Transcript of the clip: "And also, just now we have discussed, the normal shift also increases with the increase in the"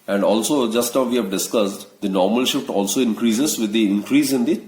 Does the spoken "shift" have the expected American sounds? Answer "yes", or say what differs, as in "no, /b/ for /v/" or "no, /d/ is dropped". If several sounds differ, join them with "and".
yes